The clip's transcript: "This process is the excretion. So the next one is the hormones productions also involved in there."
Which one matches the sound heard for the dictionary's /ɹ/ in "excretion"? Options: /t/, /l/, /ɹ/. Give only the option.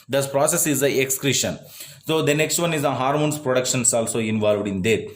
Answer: /ɹ/